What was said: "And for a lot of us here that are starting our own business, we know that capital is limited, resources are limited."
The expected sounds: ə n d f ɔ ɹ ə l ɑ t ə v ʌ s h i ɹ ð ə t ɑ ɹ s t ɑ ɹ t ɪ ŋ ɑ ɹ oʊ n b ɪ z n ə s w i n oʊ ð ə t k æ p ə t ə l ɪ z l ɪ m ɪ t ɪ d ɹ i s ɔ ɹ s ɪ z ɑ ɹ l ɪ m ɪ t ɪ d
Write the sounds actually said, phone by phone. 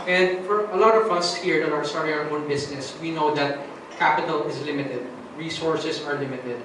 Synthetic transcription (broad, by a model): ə n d f ɔ ɹ ə l ɑ t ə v ʌ s h i ɹ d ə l ɑ ɹ s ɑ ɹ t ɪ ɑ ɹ oʊ n b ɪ s n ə s w i n oʊ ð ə t k æ p ə t ə l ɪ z l ɪ m ɪ t ɪ d ɹ i s ɔ ɹ s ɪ s ɑ ɹ l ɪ m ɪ t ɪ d